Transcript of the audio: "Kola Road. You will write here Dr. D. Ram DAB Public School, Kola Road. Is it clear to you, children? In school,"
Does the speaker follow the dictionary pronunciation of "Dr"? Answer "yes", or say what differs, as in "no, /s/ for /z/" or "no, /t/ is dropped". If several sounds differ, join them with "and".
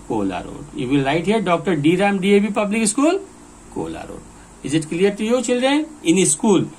yes